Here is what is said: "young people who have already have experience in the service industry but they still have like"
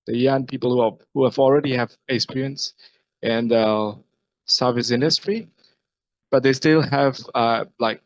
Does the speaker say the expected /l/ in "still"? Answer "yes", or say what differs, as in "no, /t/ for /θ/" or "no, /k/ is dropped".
yes